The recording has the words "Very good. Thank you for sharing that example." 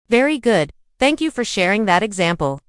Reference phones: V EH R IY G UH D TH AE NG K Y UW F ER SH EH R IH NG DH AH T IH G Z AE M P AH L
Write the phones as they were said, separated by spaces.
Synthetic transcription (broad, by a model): V EH R IY G UH D TH AE NG K Y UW F ER SH EH R IH NG DH AH T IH G Z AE M P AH L